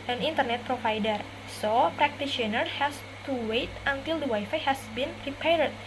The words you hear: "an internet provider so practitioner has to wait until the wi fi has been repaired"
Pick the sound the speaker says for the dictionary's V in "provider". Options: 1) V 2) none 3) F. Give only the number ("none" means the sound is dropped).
3